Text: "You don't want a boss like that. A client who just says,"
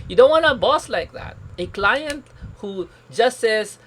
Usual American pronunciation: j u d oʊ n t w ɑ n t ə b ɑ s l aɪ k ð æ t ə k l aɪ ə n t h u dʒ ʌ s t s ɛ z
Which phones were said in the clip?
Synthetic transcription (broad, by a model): j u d oʊ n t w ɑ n ə b ɑ s l aɪ k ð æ t ə k l aɪ ə n t h u dʒ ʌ s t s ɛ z